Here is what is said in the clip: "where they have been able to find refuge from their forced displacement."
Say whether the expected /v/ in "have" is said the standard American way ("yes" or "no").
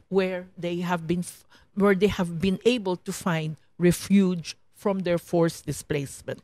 yes